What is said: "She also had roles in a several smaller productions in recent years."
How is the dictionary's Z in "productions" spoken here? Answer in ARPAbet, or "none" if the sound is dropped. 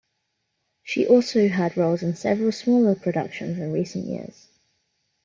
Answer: Z